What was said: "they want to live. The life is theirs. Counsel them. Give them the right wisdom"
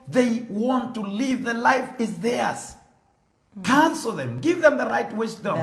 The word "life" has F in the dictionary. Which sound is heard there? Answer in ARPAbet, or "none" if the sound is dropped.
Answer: F